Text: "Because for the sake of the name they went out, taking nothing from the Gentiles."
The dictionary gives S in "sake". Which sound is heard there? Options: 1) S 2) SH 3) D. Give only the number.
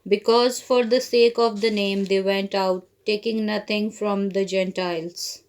1